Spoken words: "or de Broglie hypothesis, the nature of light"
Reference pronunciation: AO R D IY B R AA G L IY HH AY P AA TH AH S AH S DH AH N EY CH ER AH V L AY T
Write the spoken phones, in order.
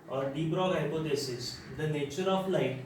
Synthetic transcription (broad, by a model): AO R D IY B R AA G IY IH P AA T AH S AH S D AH N EY CH ER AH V L AY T